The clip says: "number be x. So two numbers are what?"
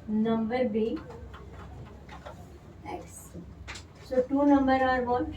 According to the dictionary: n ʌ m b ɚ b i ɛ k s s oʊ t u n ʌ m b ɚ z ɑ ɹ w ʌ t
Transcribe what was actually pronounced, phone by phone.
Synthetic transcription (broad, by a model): n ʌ m b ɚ b i ɛ k s s oʊ t u n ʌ m b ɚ ɑ ɹ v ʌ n